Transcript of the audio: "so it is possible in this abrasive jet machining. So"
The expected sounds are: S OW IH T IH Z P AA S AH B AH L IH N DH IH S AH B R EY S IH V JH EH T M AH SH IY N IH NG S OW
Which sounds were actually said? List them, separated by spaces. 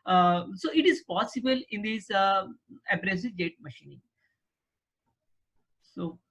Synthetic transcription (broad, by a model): S OW IH T IH Z P AA S AH B AH L IH N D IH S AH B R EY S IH JH EH T M AH SH IY N IH NG S OW